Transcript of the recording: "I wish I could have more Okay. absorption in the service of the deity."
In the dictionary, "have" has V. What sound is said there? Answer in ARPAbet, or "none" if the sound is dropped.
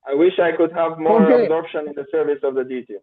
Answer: V